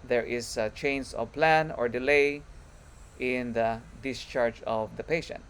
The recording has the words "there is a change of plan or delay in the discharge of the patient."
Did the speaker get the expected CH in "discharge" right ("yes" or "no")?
yes